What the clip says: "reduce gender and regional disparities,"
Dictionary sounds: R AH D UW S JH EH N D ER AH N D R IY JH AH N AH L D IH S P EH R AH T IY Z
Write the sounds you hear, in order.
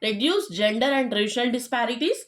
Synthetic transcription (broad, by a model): R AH D UW S JH EH N D ER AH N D R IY SH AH N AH L D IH S P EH R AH T IY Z